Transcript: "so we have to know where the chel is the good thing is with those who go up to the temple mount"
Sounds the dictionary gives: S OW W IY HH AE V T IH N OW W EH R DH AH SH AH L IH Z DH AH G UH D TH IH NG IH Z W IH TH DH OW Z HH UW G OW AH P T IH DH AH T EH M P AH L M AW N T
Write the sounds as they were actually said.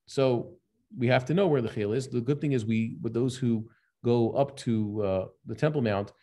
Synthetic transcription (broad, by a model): S OW W IY HH AE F T IH N OW W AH R DH AH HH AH L IH Z DH AH G UH D TH IH NG IH Z W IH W DH OW Z HH UW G OW AH P T IH DH AH T EH M P L M AW N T